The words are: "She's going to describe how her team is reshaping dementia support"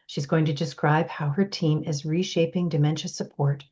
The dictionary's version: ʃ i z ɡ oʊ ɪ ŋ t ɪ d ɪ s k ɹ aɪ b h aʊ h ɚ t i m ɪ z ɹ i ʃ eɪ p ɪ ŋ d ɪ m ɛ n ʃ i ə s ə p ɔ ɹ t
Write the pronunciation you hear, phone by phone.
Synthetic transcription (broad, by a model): ʃ i z ɡ oʊ ɪ ŋ t ɪ d ɪ s k ɹ aɪ b h aʊ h ɚ t i m ɪ z ɹ i ʃ eɪ p ɪ ŋ d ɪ m ɛ n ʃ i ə s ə p ɔ ɹ t